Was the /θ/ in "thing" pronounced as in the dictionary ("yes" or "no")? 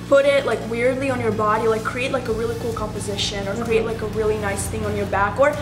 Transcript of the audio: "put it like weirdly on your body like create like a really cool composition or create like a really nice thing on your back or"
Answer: yes